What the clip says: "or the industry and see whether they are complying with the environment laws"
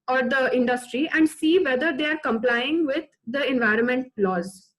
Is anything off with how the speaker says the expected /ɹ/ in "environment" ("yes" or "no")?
no